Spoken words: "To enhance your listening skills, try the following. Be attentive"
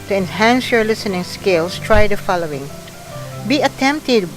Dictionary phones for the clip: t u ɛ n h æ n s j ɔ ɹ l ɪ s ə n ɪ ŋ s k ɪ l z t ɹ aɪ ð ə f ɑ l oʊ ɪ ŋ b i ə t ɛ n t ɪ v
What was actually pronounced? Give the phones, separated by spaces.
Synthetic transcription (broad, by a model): t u ɛ n h æ n s j ɔ ɹ l ɪ s ə n ɪ ŋ s k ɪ l s t ɹ aɪ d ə f ɑ l oʊ ɪ ŋ b i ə t ɛ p t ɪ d